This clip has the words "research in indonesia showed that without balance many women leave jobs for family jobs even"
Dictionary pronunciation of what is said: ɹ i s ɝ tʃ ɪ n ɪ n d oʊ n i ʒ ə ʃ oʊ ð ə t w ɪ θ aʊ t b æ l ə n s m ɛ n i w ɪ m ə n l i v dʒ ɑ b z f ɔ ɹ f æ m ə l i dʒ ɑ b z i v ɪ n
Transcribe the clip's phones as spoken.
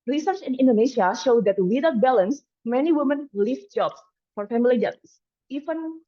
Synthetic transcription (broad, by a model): ɹ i s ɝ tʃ ɪ n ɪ n d oʊ n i ʃ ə ʃ oʊ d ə t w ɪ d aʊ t b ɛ l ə n s m ɛ n i w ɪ m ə n l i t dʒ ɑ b s f ɔ ɹ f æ m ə l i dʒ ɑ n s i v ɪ n